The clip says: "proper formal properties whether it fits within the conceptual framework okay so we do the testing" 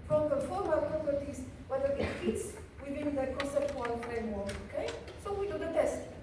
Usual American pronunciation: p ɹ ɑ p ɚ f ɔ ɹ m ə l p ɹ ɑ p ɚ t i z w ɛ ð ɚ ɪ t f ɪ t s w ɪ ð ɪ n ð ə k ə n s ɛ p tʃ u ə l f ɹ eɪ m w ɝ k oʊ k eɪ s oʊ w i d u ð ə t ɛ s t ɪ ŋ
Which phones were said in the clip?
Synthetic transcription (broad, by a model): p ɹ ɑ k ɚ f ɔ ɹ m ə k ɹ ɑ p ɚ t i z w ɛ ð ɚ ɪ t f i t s w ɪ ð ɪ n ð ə k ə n s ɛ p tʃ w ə n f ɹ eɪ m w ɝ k oʊ k eɪ s oʊ w i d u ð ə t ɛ s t